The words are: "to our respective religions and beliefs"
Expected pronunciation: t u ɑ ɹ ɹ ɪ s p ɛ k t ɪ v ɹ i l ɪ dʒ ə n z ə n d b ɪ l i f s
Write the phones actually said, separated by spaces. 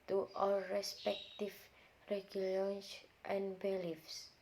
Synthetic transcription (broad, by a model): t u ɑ l ɹ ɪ s p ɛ k t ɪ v ɹ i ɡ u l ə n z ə n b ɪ l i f s